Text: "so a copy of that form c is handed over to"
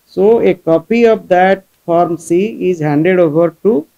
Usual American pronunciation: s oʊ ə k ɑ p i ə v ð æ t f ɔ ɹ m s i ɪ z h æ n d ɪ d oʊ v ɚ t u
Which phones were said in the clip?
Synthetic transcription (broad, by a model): s oʊ ə k ɑ p i ə v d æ t f ɔ ɹ m s i ɪ z h æ n d ɪ d oʊ v ɚ t u